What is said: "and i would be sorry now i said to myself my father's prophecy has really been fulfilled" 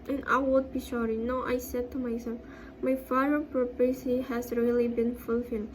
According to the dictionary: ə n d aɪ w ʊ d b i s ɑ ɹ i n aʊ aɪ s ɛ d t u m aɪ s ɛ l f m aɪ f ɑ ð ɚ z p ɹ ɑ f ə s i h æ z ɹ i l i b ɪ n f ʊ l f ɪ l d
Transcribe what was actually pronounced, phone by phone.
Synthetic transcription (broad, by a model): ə n aɪ w ʊ d b i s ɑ ɹ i n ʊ aɪ s ɛ d t u m aɪ s ɛ l f m aɪ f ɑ ɚ p ɹ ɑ p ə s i h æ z ɹ i l i b ɪ n f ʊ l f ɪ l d